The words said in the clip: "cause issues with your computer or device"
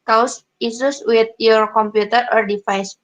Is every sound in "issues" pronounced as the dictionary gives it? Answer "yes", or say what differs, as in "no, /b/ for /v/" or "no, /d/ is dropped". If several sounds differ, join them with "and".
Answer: no, /s/ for /ʃ/ and /s/ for /z/